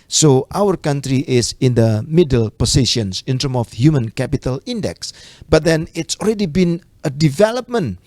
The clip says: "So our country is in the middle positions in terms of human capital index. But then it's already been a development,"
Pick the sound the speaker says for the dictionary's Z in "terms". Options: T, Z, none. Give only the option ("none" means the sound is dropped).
none